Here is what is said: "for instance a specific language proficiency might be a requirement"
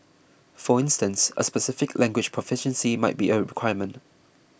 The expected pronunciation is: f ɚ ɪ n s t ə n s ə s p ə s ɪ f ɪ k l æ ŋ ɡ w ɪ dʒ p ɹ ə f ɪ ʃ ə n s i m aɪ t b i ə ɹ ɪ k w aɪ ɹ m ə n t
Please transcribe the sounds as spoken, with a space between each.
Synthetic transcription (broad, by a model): f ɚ ɪ n s t ə n s ə s p ə s ɪ f ɪ k l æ ŋ ɡ w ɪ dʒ p ɹ ə f ɪ ʃ ə n s i m aɪ t b i ə ɹ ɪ k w aɪ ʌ m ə n t